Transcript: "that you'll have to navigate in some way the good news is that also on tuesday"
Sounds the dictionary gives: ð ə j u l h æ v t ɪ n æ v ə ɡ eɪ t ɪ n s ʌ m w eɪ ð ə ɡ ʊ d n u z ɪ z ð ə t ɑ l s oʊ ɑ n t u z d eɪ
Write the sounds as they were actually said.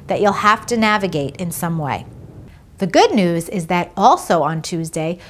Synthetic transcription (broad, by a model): ð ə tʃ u l h æ f t ɪ n æ v ə ɡ eɪ t ɪ n s ʌ m w eɪ ð ə ɡ ʊ d n u z ɪ z ð ə t ɑ l s oʊ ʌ n t u z d eɪ